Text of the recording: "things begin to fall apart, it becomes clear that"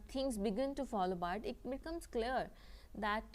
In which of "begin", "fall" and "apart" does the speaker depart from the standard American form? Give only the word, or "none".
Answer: apart